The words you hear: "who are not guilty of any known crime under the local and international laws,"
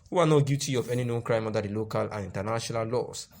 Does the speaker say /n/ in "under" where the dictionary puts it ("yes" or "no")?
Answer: no